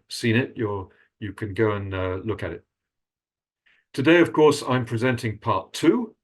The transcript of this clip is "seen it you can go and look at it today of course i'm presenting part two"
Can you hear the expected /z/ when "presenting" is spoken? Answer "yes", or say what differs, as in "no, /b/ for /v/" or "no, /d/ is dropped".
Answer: yes